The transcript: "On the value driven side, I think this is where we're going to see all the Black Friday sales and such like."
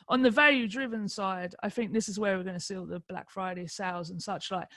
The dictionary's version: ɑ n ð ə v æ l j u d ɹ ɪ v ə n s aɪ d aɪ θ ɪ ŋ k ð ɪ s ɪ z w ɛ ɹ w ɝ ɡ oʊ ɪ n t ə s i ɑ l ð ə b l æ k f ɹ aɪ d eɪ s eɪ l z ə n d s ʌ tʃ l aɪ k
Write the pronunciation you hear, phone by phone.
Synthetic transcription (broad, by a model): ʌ n ð ə v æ l j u d ɹ ɪ v ə n s aɪ d aɪ θ ɪ ŋ k ð ɪ s ɪ z w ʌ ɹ w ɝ ɡ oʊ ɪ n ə s i l ð ə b l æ k f ɹ aɪ d eɪ s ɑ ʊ z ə n s ʌ tʃ l aɪ k